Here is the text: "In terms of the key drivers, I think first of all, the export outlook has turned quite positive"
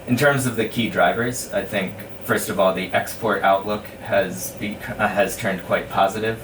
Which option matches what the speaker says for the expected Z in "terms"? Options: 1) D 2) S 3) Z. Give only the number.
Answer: 3